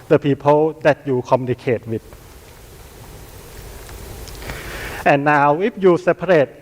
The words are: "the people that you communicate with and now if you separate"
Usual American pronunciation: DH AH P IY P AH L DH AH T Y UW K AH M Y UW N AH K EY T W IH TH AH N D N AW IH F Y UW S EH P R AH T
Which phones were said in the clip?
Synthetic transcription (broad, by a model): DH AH P IY P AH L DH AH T Y UW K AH M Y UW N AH K EY T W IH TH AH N N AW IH P Y UW S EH P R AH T